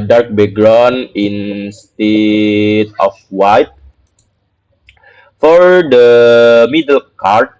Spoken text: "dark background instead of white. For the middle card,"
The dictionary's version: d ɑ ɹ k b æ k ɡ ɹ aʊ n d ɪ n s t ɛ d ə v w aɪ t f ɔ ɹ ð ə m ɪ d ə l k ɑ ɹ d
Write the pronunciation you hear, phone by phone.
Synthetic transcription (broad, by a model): d ɑ ɹ k b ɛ ɡ ɹ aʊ n ɪ n s t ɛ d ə f w aɪ t f ɔ ɹ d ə m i d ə l k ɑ ɹ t